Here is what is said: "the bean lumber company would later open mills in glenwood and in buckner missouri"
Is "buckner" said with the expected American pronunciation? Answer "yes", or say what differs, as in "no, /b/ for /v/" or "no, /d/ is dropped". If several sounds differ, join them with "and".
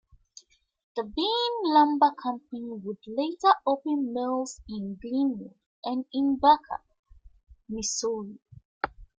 no, /n/ is dropped